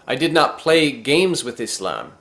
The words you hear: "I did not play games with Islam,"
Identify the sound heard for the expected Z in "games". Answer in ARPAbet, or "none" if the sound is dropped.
Z